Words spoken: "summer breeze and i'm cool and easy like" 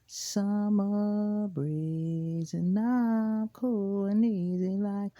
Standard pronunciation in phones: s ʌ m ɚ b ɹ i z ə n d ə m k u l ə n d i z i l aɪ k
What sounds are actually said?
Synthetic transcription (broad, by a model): s ʌ m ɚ b ɹ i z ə n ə k u l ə n i z i l aɪ k